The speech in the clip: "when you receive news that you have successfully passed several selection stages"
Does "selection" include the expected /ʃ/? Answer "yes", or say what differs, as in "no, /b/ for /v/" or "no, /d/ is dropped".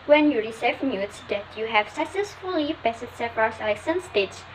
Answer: no, /s/ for /ʃ/